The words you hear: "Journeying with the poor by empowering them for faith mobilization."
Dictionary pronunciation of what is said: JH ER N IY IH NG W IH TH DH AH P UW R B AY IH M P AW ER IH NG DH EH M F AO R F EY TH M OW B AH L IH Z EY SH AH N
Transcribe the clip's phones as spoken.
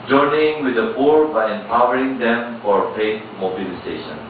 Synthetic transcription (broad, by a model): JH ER N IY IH NG W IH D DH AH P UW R B AY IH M P AW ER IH NG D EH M F AO R P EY T M OW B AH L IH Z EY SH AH N